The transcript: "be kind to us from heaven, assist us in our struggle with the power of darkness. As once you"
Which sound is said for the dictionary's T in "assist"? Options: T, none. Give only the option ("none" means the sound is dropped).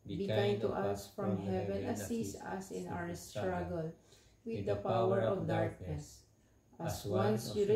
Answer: none